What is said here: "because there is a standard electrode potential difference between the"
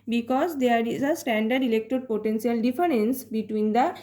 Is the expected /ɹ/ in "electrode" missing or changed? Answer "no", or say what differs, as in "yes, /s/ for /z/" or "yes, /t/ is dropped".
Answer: yes, /ɹ/ is dropped